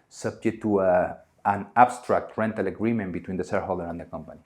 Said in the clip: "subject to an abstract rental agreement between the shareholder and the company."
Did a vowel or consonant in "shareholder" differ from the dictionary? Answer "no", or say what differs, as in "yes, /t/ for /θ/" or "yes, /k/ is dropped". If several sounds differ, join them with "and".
yes, /s/ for /ʃ/